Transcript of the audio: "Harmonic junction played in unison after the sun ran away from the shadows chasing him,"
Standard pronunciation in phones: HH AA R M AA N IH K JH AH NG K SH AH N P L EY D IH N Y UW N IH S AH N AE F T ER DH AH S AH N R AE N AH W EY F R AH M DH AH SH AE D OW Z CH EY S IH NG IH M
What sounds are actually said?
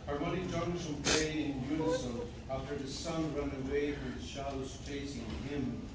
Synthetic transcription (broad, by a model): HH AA R M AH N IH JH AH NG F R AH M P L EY IH N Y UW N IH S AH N AE F T ER DH AH S AH N R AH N AH W EY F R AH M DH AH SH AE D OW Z CH EY S IH NG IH M